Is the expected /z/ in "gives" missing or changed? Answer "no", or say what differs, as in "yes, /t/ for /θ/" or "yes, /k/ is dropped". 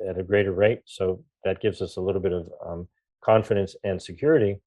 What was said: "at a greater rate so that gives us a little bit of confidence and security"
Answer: no